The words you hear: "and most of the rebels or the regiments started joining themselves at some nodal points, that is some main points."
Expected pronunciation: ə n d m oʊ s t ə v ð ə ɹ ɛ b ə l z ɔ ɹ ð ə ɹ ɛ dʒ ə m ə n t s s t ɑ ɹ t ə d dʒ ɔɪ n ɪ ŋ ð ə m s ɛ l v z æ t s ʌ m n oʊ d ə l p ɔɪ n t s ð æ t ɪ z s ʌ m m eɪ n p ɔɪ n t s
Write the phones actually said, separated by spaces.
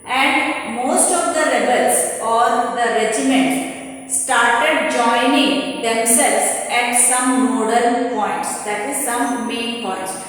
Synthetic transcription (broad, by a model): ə n d m oʊ s t ə v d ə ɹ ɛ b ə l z ɔ ɹ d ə ɹ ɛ dʒ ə m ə n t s s t ɑ ɹ t ə d dʒ ɔɪ n ɪ ŋ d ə m s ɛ l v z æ t s ʌ m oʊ d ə n p ɔɪ n t s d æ t ɪ z s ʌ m m eɪ n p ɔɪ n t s